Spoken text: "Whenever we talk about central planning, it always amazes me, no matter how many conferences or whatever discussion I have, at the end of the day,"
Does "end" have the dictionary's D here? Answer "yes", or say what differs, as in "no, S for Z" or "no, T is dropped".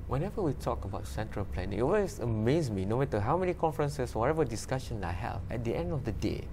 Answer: yes